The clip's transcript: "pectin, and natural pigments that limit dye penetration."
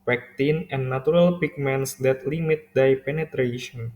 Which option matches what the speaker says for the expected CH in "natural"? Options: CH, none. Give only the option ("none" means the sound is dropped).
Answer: none